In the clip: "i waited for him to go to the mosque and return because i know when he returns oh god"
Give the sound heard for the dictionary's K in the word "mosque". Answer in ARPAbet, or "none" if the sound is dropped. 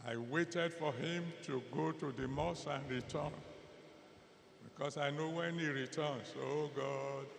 none